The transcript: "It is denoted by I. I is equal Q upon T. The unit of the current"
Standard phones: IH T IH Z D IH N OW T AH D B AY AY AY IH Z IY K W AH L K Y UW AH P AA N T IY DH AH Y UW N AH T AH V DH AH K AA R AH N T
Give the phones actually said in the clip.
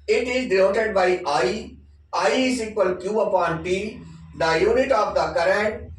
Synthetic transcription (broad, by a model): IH T IH Z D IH OW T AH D B AY AY AY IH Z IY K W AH L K Y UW AH P AA N T IY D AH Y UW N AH T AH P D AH K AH R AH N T